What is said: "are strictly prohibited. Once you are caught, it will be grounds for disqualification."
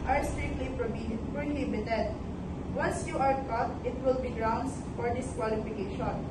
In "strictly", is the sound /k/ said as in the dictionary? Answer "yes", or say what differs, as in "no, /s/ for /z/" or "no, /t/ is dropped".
no, /k/ is dropped